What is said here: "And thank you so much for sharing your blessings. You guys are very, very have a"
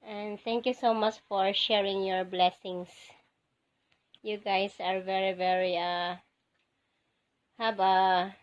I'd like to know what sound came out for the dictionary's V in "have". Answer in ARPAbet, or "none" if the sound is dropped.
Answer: B